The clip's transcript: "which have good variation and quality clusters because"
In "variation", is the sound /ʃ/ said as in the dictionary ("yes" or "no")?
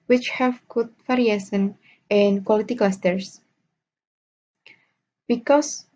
no